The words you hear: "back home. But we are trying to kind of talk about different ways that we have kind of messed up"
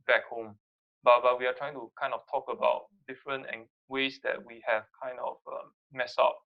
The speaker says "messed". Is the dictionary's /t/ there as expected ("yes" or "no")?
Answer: no